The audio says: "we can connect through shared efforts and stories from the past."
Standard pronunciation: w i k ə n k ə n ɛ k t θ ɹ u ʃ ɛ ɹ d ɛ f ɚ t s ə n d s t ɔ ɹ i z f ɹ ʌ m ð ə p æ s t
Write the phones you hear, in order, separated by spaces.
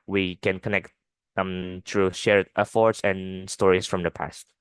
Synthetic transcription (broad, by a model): w i k ə n k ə n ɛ k t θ ɹ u ʃ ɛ ɹ ɛ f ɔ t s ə n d s t ɔ ɹ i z f ɹ ʌ m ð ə p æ s t